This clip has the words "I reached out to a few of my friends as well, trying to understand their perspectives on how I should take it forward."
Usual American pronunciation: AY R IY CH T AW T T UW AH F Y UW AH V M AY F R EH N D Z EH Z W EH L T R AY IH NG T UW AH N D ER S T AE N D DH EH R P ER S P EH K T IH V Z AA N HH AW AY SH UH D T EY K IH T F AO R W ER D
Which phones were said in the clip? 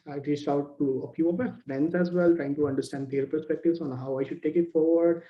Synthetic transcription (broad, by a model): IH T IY S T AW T T UW AH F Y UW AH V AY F R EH N D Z EH Z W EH L T R AY IH NG T UW AH N D ER S T AE N D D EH R P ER S P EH K T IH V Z AA N HH AW AY SH UH D T EY K IH T F AO R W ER D